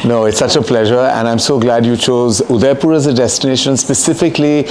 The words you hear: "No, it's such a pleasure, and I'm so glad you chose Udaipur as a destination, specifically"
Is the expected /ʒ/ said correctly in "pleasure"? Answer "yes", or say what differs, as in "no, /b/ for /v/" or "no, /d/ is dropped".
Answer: yes